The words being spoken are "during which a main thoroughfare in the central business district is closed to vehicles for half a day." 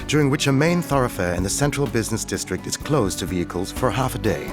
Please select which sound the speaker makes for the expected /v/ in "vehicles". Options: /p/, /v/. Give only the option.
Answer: /v/